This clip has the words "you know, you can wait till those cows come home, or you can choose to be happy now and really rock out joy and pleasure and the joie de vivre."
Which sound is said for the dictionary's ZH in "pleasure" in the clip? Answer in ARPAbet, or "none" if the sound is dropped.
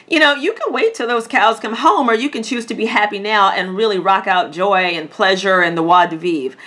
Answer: ZH